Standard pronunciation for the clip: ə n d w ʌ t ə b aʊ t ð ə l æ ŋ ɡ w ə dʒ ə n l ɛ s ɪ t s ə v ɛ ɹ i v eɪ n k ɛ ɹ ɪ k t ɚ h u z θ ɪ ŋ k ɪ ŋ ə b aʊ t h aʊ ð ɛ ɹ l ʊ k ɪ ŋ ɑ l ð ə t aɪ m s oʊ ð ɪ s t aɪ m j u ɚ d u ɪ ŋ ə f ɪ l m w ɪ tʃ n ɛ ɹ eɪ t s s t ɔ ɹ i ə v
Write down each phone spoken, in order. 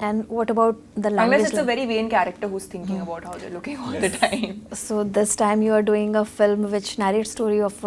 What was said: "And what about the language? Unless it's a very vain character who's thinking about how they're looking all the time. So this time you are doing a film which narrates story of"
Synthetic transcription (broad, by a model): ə n d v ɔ t ə b aʊ t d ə l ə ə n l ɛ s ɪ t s ə v ɛ ɹ i v eɪ n k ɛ ɹ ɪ k t ɚ h u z t ɪ ŋ k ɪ ŋ ə b aʊ t h aʊ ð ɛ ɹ l ʊ k ɪ ŋ ɑ l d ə t aɪ m s oʊ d ɪ s t aɪ m j u ɚ d u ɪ ŋ ə f ɪ l m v ɪ tʃ n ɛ ɹ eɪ t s s t ɔ ɹ i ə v